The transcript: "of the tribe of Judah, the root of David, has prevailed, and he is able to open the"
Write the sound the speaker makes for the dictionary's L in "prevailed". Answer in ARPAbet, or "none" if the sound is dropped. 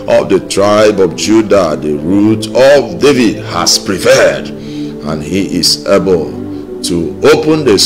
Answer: none